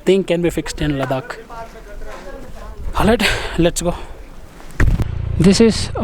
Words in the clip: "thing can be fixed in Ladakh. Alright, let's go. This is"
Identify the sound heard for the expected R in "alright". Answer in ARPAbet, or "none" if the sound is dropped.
none